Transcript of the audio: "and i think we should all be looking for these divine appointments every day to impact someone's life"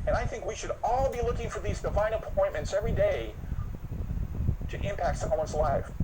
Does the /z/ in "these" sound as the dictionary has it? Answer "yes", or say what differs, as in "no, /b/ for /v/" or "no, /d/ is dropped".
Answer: yes